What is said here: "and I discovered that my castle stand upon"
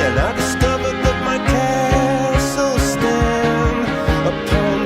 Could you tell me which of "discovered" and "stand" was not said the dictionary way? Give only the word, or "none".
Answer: stand